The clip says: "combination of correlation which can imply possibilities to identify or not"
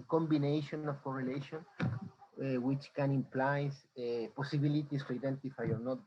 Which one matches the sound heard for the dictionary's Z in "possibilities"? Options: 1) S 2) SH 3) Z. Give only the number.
1